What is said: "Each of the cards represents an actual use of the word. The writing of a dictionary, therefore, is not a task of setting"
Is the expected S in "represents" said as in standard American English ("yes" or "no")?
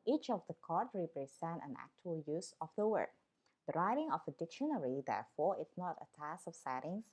no